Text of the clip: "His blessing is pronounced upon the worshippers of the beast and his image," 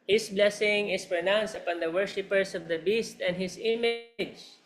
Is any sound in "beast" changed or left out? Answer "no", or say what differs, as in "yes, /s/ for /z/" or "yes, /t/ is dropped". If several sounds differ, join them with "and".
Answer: no